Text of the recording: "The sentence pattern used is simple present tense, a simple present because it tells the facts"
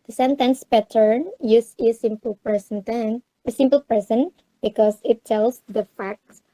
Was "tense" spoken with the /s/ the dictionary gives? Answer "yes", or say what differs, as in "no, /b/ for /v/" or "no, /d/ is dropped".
no, /s/ is dropped